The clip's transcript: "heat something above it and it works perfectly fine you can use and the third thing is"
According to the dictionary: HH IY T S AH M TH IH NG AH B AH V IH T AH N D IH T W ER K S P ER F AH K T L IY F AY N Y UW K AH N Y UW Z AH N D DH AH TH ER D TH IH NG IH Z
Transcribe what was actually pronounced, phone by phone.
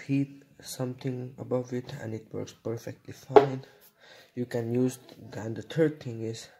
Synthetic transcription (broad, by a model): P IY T S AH M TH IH NG AH B AH V IH T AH N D IH T W ER K S P ER F AH K T L IY F AY N Y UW K AH N Y UW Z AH N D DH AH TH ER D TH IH NG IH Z